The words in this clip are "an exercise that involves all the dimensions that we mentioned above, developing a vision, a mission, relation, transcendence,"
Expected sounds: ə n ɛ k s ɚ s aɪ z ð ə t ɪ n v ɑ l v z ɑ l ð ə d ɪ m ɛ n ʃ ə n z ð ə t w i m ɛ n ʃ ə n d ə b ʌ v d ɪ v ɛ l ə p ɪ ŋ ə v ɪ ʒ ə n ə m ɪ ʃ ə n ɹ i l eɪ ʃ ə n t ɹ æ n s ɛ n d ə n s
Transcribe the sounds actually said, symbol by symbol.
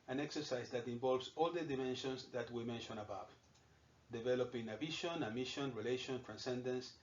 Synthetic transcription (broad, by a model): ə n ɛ k s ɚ s aɪ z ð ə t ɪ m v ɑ l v s ɑ l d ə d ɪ m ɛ n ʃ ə n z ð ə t w i m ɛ n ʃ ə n ə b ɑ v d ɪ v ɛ l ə p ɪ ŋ ə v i ʃ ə n ə m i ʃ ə n ɹ i l eɪ ʃ ə n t ɹ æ n s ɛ n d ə n s